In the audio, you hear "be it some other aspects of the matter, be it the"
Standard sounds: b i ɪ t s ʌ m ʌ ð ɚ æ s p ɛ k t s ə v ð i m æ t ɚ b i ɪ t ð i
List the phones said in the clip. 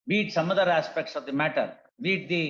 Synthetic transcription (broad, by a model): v i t s ʌ m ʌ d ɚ æ s p ɛ k t s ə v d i m æ t ɚ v i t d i